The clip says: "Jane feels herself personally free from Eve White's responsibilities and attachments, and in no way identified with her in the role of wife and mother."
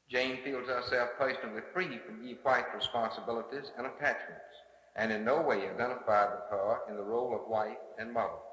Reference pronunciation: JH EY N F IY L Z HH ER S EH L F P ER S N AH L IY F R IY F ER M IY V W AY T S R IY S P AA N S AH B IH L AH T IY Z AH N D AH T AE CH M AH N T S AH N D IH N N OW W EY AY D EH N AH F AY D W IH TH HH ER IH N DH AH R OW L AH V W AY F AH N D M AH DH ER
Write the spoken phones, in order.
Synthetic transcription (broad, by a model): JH EY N F IY L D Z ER S EH L F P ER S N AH L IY F R IY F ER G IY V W AY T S R IY S P AA N S AH B IH L AH T IY Z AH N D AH T AE CH M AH N T S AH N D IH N N OW W EY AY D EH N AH F AY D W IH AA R IH N DH AH R OW L AH V W AY F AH N M AH DH ER